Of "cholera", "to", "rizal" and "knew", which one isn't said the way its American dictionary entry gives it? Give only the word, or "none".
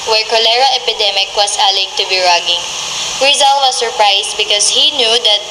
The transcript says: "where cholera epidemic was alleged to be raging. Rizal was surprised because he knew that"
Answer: none